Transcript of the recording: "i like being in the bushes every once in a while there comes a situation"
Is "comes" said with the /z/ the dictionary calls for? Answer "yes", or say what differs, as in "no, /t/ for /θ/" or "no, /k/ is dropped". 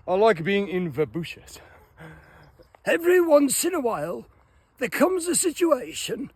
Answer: yes